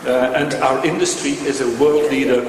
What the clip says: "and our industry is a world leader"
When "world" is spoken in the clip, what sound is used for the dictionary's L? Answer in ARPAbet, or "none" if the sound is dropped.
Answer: L